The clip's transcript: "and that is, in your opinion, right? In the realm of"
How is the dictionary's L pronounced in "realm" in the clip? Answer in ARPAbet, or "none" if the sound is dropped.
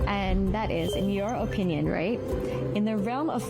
L